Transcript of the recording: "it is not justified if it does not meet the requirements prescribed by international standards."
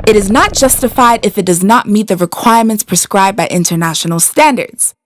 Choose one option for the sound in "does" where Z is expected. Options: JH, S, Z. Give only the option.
Z